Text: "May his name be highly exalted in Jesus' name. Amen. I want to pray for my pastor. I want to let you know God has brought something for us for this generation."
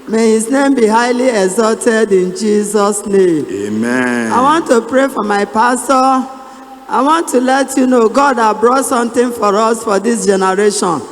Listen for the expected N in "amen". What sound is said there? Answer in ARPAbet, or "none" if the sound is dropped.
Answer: none